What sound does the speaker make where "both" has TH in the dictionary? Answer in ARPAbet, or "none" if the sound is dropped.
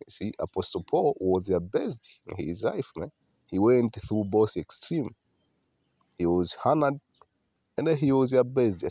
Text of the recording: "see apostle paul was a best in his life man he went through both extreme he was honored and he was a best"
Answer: S